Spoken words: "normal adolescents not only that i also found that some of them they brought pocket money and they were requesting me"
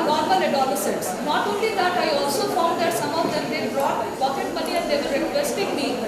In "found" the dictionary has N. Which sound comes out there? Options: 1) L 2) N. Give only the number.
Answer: 1